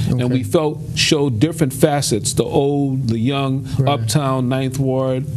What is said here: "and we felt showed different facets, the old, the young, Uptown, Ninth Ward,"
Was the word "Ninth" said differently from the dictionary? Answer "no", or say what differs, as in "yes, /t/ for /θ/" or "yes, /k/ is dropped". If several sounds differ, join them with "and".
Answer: no